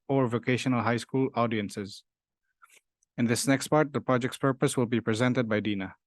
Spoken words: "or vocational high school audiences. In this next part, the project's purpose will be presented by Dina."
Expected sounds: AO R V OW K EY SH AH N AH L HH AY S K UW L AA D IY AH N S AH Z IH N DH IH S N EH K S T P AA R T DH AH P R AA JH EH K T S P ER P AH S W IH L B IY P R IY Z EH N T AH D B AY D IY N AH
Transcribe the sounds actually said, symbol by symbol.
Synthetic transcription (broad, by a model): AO R V OW K EY SH AH N AH L HH AY S K UW L AA D IY AH N S AH Z IH N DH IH S N EH K S T P AA R T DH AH P R AA JH EH K T S P ER P AH S W IH L B IY P R IY Z EH N T AH D B AY D IY N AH